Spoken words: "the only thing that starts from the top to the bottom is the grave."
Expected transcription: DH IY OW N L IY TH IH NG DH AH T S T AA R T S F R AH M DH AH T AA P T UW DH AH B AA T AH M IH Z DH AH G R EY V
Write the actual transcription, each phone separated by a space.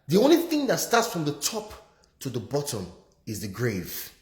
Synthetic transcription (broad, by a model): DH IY OW N L IY TH IH NG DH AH T S T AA T S F R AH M DH AH T AA P T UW DH AH B AA T AH M IH Z DH AH G R EY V